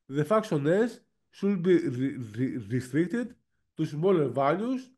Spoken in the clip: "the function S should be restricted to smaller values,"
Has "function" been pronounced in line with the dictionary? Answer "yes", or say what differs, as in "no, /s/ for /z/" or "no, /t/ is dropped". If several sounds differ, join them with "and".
no, /ŋ/ is dropped and /s/ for /ʃ/